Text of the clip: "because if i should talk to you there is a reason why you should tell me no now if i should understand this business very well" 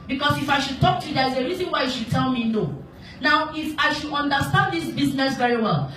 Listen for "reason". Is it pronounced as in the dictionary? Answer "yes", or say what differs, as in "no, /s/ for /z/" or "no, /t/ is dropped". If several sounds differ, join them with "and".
yes